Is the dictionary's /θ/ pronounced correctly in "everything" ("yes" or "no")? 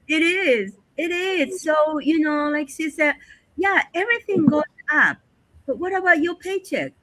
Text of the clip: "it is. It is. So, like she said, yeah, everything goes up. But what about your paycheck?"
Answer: yes